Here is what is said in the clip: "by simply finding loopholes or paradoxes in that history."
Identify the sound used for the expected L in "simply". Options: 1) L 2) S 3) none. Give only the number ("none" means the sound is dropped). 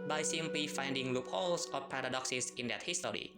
3